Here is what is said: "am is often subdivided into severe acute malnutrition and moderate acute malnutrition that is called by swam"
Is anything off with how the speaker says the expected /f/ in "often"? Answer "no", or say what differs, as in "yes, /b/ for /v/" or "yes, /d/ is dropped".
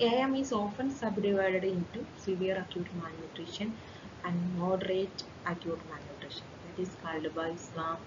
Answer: no